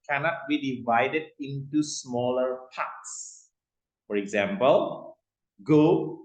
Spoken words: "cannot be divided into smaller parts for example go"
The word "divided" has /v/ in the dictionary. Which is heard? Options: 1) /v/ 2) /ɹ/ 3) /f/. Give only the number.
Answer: 1